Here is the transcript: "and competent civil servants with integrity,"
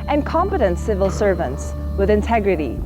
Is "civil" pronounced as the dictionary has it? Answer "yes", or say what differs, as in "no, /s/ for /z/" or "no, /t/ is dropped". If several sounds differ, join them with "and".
yes